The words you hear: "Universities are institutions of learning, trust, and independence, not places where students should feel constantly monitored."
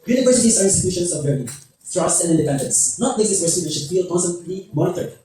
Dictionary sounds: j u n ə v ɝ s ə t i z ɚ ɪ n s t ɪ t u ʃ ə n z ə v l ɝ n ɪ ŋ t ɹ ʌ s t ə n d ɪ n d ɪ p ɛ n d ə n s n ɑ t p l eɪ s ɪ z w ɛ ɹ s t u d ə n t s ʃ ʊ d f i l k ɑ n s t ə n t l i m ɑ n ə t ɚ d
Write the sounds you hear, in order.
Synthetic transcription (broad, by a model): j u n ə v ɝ s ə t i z ɚ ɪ n s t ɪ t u ʃ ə n s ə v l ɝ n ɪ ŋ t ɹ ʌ s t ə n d ɪ n d ɪ p ɛ n d ə n s n ɑ t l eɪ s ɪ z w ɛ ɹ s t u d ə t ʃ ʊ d f i l k ɑ n s t ə n t l i m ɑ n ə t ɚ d